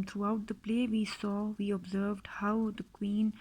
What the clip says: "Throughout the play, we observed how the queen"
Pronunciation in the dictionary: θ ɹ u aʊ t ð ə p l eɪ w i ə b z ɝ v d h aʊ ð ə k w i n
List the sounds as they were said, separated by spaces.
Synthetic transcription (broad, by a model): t ɹ u aʊ t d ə p l eɪ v i ə b z ɝ v d h aʊ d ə k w i n